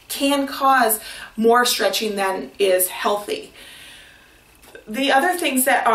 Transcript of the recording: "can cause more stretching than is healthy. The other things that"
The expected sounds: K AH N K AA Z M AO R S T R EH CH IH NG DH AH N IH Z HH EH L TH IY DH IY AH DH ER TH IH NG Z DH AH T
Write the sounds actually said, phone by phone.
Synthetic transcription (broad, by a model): K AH N K AA Z M AO R S T R EH CH IH NG DH AH N IH Z HH EH L TH IY DH IY AH DH ER TH IH NG Z DH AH T